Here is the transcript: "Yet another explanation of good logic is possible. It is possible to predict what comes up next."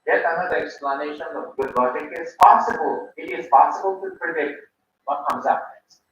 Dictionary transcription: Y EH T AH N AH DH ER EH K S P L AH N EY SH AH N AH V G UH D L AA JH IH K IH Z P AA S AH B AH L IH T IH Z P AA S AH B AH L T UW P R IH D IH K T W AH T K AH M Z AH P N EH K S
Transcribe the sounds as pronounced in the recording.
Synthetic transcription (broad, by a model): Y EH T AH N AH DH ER EH K S P L AH N EY SH AH N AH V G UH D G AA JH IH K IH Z P AA S AH B AH L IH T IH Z P AA S AH B AH L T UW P IH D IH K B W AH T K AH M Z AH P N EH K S